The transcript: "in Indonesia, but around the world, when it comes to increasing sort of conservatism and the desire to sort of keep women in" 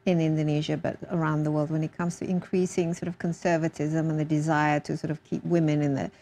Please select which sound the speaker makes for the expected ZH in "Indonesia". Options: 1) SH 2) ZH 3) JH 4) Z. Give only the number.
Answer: 2